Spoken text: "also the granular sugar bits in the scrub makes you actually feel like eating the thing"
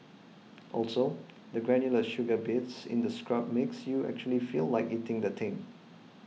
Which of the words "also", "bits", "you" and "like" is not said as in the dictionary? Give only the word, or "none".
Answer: none